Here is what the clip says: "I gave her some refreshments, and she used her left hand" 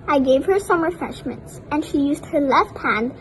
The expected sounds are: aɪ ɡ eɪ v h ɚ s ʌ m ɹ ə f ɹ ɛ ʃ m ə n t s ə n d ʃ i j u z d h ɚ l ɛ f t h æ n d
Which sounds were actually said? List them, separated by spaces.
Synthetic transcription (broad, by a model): aɪ ɡ eɪ v h ɚ s ʌ m ɹ ə f ɹ ɛ ʃ m ə n t s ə n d ʃ i j u z d h ɚ l ɛ f t h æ n d